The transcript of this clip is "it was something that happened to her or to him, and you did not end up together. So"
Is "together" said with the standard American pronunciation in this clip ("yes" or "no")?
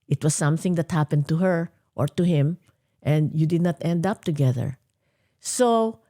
yes